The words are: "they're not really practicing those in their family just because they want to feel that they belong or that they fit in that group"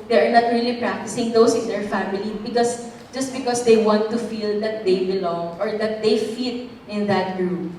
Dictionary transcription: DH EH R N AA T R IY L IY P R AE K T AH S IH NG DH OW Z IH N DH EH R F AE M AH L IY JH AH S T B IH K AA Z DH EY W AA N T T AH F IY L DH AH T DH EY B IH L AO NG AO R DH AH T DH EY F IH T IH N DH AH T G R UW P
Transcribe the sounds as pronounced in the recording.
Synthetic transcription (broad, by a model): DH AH R N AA T R IY L IY P R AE K T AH S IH NG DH OW S IH N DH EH R F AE M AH L IY JH AH S T B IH K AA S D EY W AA N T T AH F IY L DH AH T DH EY B IH L AO NG AO R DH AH T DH EY F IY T IH N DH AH T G R UW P